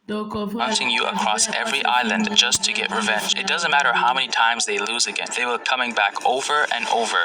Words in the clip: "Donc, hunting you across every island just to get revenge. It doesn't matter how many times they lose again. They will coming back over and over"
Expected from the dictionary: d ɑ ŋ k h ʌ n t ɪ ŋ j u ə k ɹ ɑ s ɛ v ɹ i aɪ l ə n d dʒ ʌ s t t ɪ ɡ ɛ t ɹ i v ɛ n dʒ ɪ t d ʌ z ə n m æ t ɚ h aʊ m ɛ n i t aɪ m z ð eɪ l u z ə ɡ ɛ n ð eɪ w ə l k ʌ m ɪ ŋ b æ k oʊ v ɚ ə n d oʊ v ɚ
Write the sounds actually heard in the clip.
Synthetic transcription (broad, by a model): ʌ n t ɪ ŋ j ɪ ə k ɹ ɑ s ɛ v ɹ i aɪ l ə n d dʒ ʌ s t t ɪ ɡ ɛ t ɹ i v ɛ n dʒ ɪ t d ʌ z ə n m æ t ɚ h aʊ m ɛ n i t aɪ m z ð eɪ l u z ə ɡ ɛ n ð eɪ w ə l k ʌ m ɪ ŋ b æ k oʊ v ɚ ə n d oʊ v ɚ